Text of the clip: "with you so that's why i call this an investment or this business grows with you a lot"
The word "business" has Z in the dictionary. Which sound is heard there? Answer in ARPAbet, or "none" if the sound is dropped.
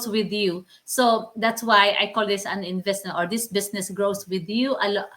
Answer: S